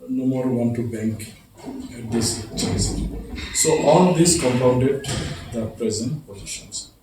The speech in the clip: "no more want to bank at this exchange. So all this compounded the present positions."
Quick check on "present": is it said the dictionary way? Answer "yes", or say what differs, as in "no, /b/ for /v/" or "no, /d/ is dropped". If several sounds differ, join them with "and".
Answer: yes